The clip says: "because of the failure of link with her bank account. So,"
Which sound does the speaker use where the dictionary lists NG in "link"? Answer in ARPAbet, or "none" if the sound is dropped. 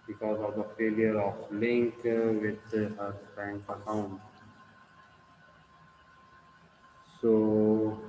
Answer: NG